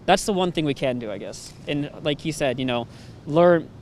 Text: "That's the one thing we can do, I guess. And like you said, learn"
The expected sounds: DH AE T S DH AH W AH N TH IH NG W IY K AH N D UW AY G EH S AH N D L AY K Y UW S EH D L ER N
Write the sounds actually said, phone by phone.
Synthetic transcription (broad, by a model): DH AE T S DH AH W AH N TH IH NG W IY K AH N D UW AY G EH S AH N L AY K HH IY S EH D L ER N